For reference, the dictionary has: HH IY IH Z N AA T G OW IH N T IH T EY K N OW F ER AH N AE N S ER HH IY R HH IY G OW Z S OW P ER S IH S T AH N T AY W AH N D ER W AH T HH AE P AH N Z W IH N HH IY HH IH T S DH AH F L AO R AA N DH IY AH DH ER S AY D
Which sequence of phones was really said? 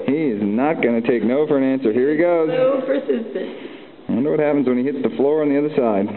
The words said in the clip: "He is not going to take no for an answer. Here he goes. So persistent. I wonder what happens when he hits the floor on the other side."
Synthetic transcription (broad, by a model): HH IY IH Z N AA T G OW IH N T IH T EY K N OW F ER AH N AE N S ER HH IY R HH IY G OW Z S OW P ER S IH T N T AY W AH N D ER W AH T HH AE P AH N Z W IH N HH IY HH IH T S DH AH F L AO R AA N DH IY AH DH ER S AY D